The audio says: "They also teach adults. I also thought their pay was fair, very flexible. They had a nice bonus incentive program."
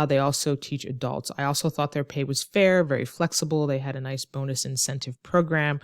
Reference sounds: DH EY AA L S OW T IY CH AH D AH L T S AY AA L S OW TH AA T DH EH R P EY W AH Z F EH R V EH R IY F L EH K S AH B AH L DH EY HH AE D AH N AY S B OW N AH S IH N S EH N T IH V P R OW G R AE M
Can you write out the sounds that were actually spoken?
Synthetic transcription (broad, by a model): DH EY AA L S OW T IY CH AH D AH L T S AY AA L S OW TH AA T DH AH R P EY W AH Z F EH R V EH R IY F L EH K S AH B L DH EY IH D AH N AY S B OW N AH S IH N S EH N T IH V P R OW G R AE M